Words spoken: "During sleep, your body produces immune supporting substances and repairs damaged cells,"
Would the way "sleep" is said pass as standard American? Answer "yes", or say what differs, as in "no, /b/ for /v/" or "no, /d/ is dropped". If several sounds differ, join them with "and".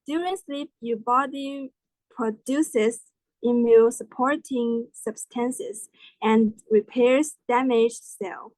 yes